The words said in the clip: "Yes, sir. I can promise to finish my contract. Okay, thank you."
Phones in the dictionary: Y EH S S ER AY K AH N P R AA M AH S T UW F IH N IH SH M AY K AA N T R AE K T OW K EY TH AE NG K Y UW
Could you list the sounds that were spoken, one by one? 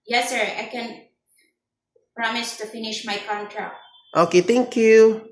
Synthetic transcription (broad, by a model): Y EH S S ER AY K AH N P R AA M AH S T UW F IH N IH SH M AY K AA N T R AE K T OW K EY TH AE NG K Y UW